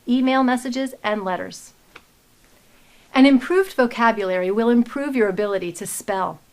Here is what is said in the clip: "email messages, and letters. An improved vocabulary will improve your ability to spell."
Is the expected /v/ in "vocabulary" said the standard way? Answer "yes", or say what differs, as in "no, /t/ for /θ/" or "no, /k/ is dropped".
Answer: yes